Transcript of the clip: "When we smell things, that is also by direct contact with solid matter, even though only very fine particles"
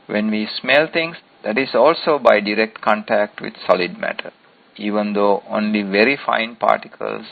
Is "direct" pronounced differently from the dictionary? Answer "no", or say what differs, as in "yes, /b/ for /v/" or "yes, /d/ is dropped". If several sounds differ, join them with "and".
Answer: no